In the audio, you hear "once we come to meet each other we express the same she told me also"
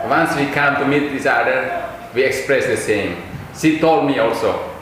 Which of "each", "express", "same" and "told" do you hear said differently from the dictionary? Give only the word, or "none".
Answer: each